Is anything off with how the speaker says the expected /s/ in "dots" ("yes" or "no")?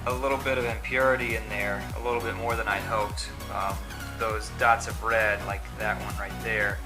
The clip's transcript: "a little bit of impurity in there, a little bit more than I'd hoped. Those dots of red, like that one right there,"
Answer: no